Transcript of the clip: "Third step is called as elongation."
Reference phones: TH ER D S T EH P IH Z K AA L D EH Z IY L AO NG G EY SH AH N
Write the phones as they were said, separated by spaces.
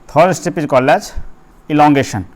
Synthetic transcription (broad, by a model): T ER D S T EH P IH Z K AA L EH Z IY L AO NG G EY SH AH N